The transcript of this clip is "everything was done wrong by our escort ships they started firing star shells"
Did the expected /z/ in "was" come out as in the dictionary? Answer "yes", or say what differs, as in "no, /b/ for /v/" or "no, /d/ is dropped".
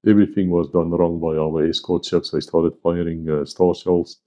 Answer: yes